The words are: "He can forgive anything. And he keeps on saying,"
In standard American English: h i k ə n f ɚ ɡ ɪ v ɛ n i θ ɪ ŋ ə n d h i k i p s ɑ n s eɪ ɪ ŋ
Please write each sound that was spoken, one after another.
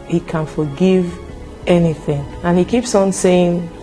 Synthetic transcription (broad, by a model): h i k ə n f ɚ ɡ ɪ v ɛ n i θ ɪ ŋ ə n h i k i p s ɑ n s eɪ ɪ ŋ